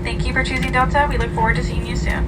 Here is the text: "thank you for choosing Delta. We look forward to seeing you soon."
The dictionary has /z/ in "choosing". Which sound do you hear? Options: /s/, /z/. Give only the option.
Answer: /z/